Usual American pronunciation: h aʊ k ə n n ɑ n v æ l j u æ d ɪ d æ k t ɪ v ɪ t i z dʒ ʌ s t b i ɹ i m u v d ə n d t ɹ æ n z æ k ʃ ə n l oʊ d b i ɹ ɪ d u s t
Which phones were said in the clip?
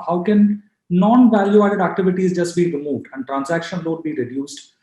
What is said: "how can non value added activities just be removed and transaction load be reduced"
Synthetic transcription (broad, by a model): h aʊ k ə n n ɑ n v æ l j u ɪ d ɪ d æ k t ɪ v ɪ t i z dʒ ʌ s t b i ɹ i m u v d ə n d t ɹ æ n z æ k ʃ ə n l oʊ d b i ɹ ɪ d u s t